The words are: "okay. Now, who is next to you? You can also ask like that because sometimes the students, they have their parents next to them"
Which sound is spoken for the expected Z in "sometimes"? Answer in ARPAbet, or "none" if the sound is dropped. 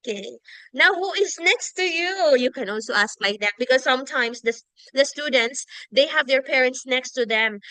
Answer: S